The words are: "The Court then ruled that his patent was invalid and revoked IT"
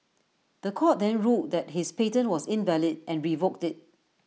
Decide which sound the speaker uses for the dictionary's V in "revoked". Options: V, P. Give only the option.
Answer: V